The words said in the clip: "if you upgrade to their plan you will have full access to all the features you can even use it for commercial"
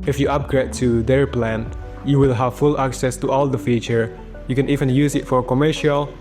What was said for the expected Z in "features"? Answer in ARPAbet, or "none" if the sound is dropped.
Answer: none